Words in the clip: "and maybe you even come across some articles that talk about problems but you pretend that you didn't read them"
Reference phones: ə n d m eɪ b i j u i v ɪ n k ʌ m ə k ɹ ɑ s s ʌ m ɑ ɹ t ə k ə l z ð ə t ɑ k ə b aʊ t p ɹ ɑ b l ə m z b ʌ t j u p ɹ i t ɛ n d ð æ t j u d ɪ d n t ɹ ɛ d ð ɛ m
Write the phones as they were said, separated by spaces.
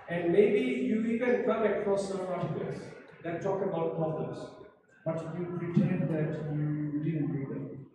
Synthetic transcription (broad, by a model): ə n d m eɪ b i j u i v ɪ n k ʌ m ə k ɹ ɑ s s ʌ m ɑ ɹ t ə ə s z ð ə t ɑ k ə b aʊ t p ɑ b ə z b ʌ t j u p ɹ i t ɛ n d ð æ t j u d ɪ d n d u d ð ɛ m